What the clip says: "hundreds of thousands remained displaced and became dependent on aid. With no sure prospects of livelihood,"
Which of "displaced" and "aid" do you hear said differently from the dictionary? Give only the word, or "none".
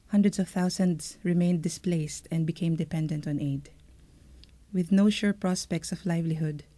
none